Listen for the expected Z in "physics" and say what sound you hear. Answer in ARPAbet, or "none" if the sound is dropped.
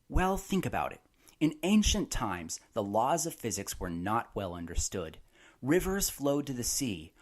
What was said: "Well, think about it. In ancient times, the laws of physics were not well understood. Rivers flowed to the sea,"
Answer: Z